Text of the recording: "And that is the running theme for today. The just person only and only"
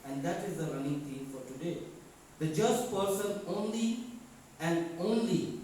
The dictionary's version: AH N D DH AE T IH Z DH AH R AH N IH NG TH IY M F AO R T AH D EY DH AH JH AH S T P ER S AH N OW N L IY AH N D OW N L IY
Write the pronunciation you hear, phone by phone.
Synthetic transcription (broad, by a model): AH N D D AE T IH Z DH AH R AH N IH NG T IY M F AO R T AH D EY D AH JH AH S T P ER S AH N OW N L IY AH N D OW N L IY